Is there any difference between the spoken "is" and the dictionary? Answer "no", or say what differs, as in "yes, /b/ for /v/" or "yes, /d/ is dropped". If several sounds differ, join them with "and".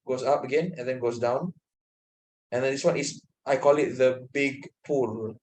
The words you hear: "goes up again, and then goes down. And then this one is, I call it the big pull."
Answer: yes, /s/ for /z/